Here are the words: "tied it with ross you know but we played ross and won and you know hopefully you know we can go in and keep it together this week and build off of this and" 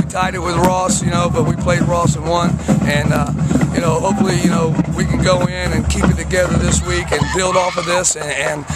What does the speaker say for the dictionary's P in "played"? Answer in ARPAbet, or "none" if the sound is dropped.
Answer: P